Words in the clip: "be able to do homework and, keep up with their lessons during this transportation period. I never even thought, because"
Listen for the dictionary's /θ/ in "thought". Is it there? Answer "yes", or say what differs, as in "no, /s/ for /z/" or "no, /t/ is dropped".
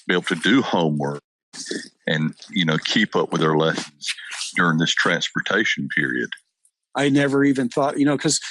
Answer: yes